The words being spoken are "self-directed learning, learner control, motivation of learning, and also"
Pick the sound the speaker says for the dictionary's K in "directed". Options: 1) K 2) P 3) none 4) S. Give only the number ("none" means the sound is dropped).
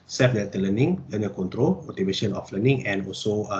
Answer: 3